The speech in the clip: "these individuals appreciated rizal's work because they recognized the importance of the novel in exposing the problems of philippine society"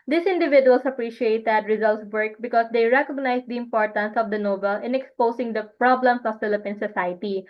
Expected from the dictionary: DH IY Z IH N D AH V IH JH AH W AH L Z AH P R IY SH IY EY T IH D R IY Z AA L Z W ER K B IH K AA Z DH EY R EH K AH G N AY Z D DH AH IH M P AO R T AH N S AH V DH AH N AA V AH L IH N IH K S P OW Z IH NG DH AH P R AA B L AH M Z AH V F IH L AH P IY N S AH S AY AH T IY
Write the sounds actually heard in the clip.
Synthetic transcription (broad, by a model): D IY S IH N D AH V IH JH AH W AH L S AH P R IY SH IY EY T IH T R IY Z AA L S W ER K B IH K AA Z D EY R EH K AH G N AY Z D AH IH M P AO R T AH N S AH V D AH N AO B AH L IH N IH K S P OW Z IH NG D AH P R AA B L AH M S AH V F IH L AH P IY N S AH S AY T IY